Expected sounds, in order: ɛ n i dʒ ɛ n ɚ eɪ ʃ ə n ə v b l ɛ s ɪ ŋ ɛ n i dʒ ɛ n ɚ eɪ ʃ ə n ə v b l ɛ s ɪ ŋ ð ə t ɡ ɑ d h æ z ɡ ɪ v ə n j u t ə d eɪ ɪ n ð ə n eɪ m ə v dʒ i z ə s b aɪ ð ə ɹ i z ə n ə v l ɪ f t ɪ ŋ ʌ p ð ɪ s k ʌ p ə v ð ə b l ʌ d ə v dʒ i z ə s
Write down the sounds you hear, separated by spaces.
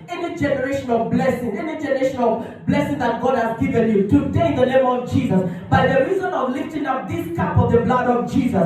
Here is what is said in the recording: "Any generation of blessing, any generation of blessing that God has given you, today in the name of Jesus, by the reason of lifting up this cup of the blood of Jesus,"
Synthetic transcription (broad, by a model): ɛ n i dʒ ɛ n ɚ eɪ ʃ ə n ə v b l ɛ s ɪ ŋ ɛ n i dʒ ɛ n ɚ eɪ ʃ ə n ə v b l ɛ s ɪ ŋ ð ə t ɡ ɑ d h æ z ɡ ɪ v ə n j u t ə d eɪ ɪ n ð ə n eɪ m ə v dʒ i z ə s b aɪ ð ə ɹ i z ə n ə v l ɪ f t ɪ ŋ ʌ p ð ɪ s k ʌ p ə v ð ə b l ʌ d ə v dʒ i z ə s